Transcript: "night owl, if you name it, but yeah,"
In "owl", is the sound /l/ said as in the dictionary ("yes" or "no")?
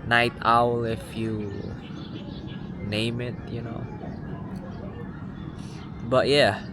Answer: yes